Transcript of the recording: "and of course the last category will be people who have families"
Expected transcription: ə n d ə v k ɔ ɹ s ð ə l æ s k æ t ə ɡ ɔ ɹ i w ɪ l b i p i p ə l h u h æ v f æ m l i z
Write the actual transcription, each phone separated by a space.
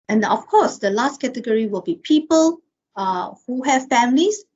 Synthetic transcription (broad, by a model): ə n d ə f k ɔ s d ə l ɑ s k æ t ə ɡ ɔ ɹ i w ɪ l b i p i p ə l h u h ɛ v f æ m l i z